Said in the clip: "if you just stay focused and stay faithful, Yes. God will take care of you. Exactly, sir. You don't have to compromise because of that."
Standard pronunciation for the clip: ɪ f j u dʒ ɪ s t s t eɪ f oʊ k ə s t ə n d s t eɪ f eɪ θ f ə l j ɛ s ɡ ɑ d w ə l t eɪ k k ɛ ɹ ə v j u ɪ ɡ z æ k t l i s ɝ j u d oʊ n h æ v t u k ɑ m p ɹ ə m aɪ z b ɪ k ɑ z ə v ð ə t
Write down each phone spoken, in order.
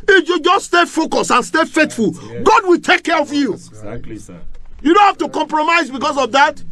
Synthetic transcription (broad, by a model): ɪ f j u dʒ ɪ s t s t eɪ f oʊ k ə s ə n s t eɪ f eɪ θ f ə l ɡ ɑ d w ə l t eɪ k k ɛ ɹ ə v j u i j u d oʊ n h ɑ f t u k ɑ m p ɹ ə m aɪ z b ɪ k ɑ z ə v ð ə t